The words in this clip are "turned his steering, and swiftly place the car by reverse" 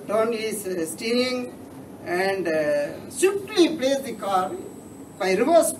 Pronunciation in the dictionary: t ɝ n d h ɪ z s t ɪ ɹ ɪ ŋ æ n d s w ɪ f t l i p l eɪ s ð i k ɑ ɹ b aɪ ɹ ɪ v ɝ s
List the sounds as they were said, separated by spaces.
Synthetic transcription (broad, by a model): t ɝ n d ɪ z s t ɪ ɪ ŋ æ n d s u t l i p l eɪ s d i k ɑ ɹ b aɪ ɹ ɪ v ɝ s